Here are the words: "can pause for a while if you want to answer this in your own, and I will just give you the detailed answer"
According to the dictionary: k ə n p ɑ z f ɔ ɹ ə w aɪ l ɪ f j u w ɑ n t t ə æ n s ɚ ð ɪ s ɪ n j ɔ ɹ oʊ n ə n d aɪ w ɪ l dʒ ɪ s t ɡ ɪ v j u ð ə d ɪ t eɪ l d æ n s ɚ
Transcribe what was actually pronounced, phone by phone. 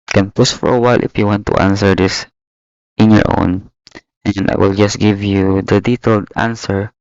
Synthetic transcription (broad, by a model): k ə n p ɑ s f ɔ ɹ ə w aɪ l ɪ f j u w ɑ n t t ə n s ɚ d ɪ s ɪ n j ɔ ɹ oʊ n ə n d aɪ w ɪ l dʒ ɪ s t ɡ ɪ v j u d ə d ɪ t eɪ l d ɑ n s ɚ